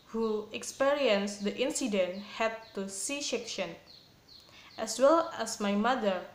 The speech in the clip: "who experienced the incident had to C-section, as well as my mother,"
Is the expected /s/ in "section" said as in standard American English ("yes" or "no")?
no